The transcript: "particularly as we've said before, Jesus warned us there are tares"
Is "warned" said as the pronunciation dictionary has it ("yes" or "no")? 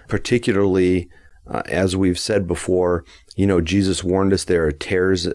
yes